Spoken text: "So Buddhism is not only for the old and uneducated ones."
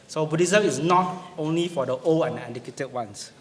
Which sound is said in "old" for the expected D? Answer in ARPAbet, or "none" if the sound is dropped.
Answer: none